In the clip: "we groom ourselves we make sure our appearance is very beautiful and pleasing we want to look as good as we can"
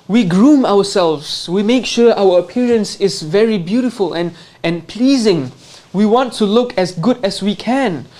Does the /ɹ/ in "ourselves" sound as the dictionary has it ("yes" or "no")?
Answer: no